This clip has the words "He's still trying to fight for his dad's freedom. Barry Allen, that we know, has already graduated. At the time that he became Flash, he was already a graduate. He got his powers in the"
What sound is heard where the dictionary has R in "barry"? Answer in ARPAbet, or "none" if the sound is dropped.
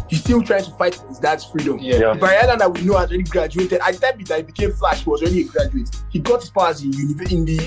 none